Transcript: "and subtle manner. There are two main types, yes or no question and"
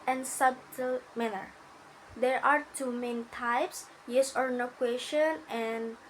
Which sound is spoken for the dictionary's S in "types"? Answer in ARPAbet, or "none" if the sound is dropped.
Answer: S